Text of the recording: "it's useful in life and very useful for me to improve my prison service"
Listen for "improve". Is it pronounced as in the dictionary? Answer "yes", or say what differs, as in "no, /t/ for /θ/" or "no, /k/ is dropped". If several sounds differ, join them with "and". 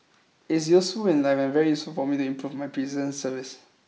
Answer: yes